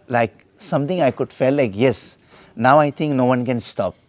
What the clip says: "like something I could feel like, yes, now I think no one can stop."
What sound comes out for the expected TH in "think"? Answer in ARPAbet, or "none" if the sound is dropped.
T